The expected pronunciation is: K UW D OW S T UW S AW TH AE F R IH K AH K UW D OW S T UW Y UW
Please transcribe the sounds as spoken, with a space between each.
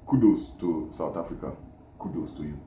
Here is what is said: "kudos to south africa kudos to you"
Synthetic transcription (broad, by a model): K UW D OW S T UW S AW T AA F R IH K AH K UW D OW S T UW Y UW